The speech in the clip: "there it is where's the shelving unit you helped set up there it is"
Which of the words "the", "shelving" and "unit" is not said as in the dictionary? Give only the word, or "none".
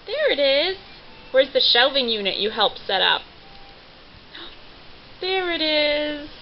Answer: none